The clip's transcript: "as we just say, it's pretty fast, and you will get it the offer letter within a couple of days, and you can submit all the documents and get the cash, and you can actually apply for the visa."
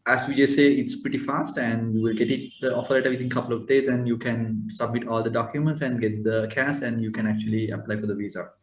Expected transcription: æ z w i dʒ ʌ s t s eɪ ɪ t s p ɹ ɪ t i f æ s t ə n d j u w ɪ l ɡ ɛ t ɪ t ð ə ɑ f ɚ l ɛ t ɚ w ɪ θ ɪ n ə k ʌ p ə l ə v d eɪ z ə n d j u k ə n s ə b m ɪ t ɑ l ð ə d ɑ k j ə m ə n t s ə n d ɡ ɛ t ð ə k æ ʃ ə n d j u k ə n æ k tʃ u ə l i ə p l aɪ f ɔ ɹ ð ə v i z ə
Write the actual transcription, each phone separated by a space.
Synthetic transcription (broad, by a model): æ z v i dʒ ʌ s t s eɪ ɪ t s p ɹ ɪ t i f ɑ s t ə n d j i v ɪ l ɡ ɛ t ɪ t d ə ɑ f ɚ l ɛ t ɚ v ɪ t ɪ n k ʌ p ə l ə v d eɪ z ə n d j u k ə n s ə b m ɪ t ɑ l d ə d ɑ k j ə m ə n t s ə n d ɡ ɛ t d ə k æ s ə n d j u k ə n æ k tʃ u ə l i ə p l aɪ f ɔ ɹ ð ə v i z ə